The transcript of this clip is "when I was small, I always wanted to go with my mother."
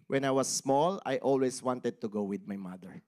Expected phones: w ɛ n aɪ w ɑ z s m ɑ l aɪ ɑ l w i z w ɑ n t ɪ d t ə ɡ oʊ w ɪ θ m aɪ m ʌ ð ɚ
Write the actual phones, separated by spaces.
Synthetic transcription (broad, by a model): w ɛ n aɪ w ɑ s m ɑ l aɪ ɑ l w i s w ɑ n t ɪ d t ə ɡ oʊ w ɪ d m aɪ m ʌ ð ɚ